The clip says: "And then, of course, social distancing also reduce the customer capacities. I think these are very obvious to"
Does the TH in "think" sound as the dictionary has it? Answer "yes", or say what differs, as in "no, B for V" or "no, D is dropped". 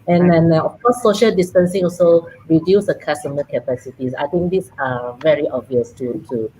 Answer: no, T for TH